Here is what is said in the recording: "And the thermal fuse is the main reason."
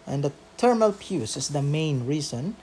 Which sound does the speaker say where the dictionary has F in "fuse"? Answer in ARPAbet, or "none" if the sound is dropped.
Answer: P